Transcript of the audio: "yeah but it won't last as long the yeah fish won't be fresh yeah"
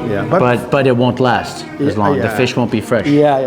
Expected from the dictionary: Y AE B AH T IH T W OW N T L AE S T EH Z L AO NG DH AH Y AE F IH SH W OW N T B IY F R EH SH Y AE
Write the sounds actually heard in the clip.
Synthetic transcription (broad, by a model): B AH B AH T IH T W OW N T L AE S T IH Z L AO NG DH AH F IH SH W OW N B IY F R EH SH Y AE